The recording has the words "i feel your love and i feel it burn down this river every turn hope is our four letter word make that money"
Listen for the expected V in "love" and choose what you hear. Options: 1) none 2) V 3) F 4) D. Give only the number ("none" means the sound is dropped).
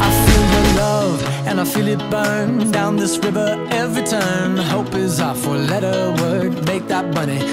2